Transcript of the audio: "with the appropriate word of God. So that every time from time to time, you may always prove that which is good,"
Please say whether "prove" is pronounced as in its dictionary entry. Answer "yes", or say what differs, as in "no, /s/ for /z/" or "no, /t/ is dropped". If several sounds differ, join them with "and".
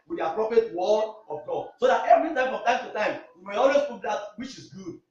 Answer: no, /ɹ/ is dropped